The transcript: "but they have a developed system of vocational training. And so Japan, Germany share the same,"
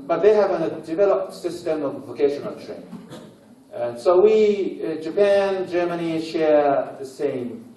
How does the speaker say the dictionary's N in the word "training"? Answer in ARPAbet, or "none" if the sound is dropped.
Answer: none